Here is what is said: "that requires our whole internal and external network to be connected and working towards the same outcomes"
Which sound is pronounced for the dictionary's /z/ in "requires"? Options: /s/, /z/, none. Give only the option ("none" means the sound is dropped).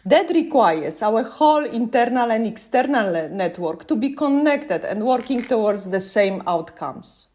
/s/